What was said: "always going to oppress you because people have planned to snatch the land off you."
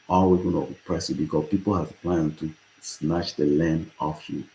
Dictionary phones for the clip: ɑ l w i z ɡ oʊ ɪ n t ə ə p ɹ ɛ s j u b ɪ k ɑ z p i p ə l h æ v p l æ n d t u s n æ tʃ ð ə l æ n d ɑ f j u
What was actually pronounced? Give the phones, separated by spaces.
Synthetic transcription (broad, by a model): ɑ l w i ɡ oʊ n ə ə p ɹ ɛ s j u b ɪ k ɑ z p i p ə l h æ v p l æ n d t u s n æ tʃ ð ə l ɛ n ɑ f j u